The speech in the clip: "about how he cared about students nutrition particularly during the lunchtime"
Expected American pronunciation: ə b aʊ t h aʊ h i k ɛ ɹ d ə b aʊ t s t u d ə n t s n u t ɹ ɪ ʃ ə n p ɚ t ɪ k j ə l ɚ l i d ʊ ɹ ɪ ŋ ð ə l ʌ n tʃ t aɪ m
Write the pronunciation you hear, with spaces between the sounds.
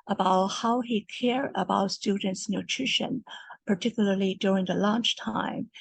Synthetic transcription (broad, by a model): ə b aʊ t h aʊ h i k ɛ ɹ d ə b aʊ t s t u d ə n t s n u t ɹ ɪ ʃ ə n p ɚ t ɪ k j ə l ɚ l i d ʊ ɹ ɪ ŋ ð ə l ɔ n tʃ t aɪ m